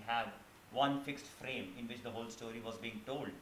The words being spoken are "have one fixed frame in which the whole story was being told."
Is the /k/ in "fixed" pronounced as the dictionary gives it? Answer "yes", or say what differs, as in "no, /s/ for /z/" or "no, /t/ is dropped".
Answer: yes